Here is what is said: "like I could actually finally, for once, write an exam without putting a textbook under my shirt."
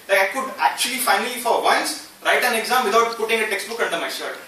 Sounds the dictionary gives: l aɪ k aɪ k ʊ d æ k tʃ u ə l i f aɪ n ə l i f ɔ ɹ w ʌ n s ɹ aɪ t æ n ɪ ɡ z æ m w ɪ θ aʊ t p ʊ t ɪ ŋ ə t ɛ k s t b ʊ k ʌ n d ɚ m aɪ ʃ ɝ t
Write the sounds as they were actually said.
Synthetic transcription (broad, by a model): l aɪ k aɪ k ʊ d æ k tʃ u ə l i f aɪ n ə l i f ɔ ɹ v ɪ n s ɹ aɪ t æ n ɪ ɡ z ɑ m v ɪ t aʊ t p ʊ t ɪ ŋ ə t ɛ k s t b ʊ k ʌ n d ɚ m aɪ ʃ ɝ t